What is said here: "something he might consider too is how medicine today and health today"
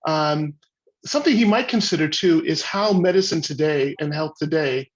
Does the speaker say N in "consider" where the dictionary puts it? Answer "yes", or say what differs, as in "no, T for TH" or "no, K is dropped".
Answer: yes